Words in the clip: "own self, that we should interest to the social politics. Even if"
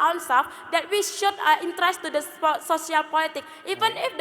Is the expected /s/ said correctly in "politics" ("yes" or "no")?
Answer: no